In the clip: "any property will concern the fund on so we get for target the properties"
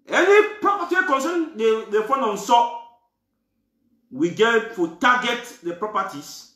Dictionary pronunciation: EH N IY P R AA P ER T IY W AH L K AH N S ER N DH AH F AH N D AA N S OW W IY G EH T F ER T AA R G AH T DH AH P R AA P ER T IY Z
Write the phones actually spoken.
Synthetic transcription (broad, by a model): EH N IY P R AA P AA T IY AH K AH N S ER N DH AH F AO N AA N S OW W IY G EH T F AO T AA G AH T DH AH P R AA P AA T IY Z